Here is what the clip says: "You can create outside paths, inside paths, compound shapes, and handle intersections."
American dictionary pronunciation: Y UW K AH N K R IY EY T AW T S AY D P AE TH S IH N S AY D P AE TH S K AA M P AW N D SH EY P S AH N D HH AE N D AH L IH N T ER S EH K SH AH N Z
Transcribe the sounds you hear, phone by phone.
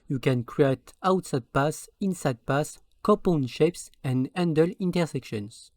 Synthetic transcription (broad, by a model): Y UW K AH N K R IY EY T AW T S AY D P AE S IH N S AY D P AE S K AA P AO N SH EY P S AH N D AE N D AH L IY N T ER S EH K SH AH N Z